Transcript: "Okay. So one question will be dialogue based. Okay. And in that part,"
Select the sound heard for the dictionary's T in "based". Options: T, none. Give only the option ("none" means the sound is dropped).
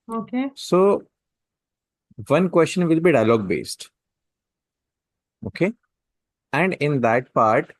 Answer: T